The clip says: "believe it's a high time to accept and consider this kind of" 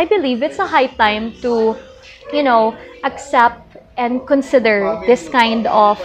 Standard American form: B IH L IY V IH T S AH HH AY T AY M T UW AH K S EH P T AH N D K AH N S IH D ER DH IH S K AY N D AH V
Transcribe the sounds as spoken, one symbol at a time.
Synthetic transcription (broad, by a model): B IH L IY V IH T S AH HH AY T AY M T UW AH K S EH P T AH N D K AH N S IH D ER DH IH S K AY N D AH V